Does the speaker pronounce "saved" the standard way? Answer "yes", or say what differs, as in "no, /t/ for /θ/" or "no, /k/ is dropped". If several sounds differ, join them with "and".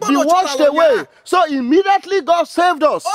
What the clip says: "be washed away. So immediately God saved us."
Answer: yes